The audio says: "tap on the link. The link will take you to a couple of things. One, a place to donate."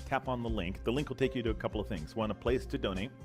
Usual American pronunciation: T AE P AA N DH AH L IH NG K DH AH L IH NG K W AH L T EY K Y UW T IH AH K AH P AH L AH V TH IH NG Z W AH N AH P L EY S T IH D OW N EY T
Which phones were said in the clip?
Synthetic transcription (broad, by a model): T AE P N DH AH L IH NG K DH AH L IH NG K W AH L T EY K Y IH T IH AH K AH P L AH V TH IH NG Z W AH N AH P L EY S T IH D OW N EY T